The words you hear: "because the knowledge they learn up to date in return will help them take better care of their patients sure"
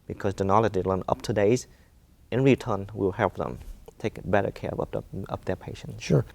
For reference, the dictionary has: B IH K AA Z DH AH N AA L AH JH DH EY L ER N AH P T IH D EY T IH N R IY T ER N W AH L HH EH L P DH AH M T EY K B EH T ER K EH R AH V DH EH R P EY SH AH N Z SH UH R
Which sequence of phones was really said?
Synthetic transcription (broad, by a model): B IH K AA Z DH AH N AA L AH JH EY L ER N AH P T IH D EY T IH N R IY T ER N W AH L HH EH L P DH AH M T EY K B EH T ER K EH R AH P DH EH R P EY SH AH N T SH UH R